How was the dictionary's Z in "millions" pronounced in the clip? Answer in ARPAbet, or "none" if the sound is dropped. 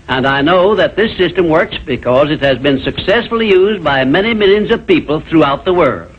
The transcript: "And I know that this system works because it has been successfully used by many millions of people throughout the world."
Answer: Z